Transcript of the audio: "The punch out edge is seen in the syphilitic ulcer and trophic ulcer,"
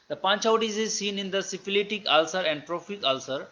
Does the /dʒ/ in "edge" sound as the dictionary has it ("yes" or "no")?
no